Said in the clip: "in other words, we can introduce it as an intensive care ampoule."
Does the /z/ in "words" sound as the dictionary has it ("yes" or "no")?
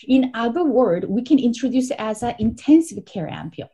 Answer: no